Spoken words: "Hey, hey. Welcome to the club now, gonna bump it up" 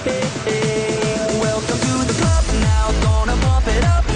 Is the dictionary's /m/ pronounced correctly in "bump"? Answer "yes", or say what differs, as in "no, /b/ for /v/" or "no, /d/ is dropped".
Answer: no, /m/ is dropped